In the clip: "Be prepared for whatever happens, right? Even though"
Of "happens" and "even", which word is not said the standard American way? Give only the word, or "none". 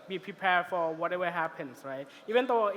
happens